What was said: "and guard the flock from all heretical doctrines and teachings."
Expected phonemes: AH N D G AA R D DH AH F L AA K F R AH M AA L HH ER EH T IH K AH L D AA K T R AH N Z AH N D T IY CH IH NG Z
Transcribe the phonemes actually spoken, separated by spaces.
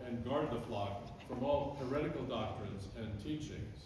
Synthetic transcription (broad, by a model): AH N G AA R D DH AH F L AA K F R AH M AA L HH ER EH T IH K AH L D AA K T R AH N Z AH N T IY CH IH NG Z